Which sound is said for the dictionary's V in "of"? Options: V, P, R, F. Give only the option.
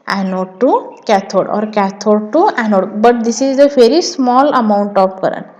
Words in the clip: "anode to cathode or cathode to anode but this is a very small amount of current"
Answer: P